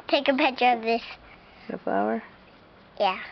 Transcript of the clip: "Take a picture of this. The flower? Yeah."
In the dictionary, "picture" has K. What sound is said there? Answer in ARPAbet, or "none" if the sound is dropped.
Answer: none